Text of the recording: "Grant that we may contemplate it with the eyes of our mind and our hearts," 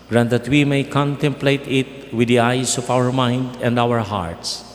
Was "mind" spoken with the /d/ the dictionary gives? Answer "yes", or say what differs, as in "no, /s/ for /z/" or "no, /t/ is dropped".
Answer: yes